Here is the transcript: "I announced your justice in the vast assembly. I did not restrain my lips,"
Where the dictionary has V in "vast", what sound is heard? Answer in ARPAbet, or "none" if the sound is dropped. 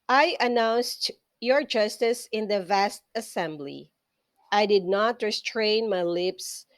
V